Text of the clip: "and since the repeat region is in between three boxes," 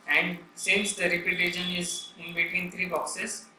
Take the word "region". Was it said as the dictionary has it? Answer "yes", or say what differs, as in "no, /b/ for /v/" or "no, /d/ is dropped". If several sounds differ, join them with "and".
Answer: no, /ʃ/ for /dʒ/